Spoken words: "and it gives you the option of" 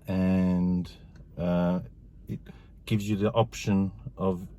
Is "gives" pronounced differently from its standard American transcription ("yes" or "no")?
no